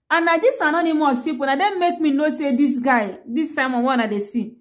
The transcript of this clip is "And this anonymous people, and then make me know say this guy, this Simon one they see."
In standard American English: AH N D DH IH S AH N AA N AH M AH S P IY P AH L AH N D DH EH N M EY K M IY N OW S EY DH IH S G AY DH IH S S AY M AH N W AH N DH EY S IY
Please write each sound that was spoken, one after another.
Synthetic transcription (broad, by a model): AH N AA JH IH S AH N AA N AH M AH S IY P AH N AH D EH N M EY K M IY N OW S EY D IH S G AY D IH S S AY M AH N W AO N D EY S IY